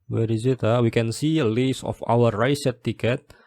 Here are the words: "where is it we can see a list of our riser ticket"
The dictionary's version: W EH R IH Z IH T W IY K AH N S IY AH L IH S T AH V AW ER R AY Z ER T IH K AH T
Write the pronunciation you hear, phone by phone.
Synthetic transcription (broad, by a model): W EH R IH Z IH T W IY K AH N S IY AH L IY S AH F AW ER R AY S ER T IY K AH T